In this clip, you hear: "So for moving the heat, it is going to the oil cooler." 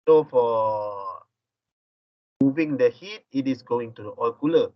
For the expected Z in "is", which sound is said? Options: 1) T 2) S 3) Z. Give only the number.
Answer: 2